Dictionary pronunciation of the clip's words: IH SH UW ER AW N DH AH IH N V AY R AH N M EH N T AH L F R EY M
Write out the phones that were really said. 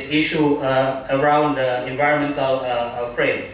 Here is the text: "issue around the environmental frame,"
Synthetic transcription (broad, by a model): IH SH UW ER AW N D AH IH N V AY R AH N M EH N T AH L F R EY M